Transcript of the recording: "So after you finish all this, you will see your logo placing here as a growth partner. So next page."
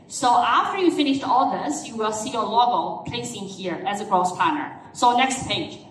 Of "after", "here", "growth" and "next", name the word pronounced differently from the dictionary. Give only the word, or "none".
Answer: growth